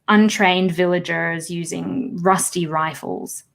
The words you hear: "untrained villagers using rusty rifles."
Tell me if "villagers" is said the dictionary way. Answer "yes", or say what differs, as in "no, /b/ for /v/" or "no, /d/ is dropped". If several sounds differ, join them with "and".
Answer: yes